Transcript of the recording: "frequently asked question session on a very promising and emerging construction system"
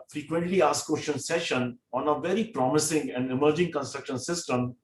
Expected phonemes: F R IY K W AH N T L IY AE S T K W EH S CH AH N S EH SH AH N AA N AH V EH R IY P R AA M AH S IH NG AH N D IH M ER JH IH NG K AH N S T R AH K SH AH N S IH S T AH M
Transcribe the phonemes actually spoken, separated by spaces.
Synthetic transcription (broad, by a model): F R IY K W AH N T L IY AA S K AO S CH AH N S EH SH AH N AA N AH V EH R IY P R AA M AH S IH NG AH N D IH M ER JH IH NG K AH N S T R AH K SH AH N S IH S T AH M